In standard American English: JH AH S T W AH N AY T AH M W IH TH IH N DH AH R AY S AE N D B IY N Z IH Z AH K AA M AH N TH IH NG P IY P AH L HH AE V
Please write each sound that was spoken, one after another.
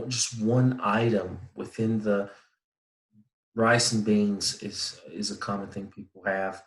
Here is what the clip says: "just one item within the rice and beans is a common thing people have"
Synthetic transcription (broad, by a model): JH AH S T W AH N AY T AH M W IH TH IH N DH AH R AY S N B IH N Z IH Z AH K AA M AH N TH IH NG P IY P L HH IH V